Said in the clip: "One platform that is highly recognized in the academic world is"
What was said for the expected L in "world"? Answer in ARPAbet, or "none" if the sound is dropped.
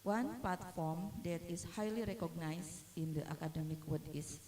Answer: none